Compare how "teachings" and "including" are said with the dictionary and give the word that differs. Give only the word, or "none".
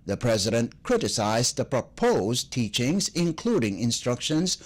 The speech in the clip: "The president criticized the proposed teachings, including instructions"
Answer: none